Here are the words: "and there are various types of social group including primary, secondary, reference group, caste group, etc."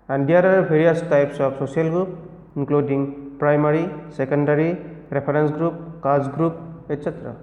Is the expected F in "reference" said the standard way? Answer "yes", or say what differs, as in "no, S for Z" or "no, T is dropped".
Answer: no, P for F